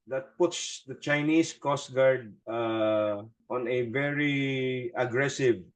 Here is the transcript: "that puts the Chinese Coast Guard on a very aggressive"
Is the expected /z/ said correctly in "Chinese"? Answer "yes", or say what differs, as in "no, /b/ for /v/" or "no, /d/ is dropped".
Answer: no, /s/ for /z/